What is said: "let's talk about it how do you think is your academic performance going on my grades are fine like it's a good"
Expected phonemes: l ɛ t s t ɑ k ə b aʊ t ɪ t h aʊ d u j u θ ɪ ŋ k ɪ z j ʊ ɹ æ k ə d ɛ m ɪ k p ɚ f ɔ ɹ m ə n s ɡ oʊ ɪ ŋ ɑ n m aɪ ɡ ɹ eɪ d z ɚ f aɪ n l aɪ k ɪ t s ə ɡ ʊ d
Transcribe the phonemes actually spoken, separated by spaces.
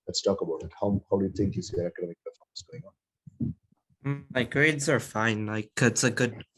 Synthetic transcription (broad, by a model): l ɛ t s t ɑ k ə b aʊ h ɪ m h aʊ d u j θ ɪ ŋ k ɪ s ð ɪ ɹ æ k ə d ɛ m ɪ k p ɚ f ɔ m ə s ɡ oʊ ɪ ŋ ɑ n m aɪ ɡ ɹ eɪ d z ɚ f aɪ n l aɪ k ɪ t s ə ɡ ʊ d